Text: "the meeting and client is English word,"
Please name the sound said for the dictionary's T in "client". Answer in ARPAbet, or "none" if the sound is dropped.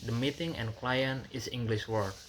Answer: none